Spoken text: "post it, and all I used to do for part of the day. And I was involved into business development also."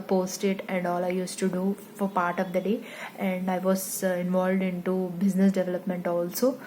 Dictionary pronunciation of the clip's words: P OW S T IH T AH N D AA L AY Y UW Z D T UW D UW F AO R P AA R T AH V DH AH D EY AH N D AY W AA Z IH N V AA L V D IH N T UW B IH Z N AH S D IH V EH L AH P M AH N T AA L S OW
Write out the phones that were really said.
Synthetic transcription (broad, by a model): P OW S T IH T AH N D AA L AY Y UW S T UW D UW F AO R P AA R T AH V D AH D EY AH N D AY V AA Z IH N V AA L V D IH N T UW B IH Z N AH S D IH V EH L AH P M AH N T AA L S OW